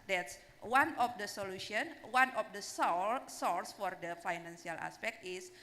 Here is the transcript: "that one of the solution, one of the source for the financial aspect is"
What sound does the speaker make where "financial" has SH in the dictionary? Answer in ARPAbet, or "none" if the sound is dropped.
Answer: S